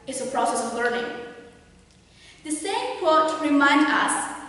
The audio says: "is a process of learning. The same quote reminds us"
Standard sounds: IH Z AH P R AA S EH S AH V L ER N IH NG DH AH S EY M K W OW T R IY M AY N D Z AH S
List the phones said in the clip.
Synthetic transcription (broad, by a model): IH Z AH P R AA S EH S AH V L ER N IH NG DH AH S EY M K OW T R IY M AY N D AH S